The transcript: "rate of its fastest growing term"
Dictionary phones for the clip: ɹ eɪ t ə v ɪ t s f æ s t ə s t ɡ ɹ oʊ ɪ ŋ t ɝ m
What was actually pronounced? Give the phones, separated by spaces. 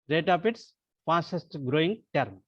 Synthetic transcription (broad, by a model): ɹ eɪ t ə p ɪ t s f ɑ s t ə s t ɡ ɹ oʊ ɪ ŋ t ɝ m